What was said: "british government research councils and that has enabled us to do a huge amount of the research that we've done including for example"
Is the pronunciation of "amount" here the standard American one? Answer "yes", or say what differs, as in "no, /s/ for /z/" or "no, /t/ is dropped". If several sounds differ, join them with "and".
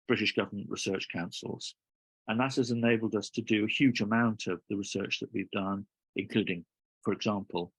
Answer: yes